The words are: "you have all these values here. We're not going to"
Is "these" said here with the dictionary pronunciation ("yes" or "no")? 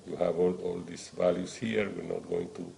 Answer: no